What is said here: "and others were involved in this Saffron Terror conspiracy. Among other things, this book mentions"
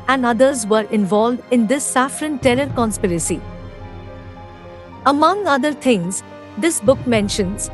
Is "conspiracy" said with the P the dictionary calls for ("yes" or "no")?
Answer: yes